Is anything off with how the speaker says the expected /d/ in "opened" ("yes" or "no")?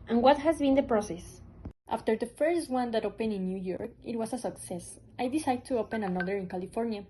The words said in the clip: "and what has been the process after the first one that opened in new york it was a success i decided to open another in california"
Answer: yes